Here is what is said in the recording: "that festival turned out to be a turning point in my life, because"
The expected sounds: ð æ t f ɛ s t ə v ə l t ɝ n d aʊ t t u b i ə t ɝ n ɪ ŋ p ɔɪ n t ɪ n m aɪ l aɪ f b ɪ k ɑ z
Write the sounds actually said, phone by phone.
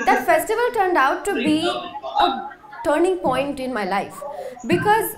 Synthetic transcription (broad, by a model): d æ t f ɛ s t ə v ə l t ɝ n d aʊ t t u b i ə t ɝ n ɪ ŋ p ɔɪ n t ɪ n m aɪ l aɪ f b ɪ k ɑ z